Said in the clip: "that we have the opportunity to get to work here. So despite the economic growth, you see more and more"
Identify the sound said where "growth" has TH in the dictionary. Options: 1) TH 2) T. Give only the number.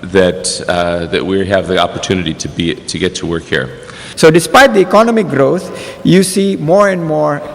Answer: 2